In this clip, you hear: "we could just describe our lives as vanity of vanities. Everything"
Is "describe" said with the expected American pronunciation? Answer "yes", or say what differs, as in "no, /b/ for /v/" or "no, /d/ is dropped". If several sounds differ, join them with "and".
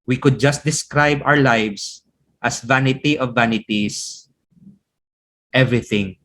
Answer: yes